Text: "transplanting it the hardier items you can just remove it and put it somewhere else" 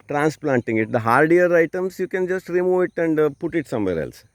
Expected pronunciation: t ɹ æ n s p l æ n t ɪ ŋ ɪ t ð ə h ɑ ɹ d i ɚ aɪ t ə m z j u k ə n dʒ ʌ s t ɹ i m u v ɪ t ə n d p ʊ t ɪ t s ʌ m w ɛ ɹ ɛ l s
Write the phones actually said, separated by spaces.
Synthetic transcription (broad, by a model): t ɹ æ n s p l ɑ n t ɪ ŋ ɪ t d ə h ɑ ɹ d i ɚ aɪ t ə m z j u k ə n dʒ ʌ s t ɹ i m u v ɪ t ə n d p ʊ t ɪ t s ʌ m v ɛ ɹ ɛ l s